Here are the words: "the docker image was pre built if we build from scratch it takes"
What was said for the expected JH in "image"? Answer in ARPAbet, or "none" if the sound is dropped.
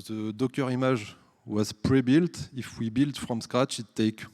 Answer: ZH